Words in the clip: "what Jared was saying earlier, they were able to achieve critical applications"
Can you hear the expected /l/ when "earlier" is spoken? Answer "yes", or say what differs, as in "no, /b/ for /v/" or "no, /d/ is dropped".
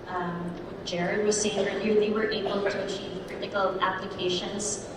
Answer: no, /l/ is dropped